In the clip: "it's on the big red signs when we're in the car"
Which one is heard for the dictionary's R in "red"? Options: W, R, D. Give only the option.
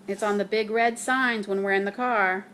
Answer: R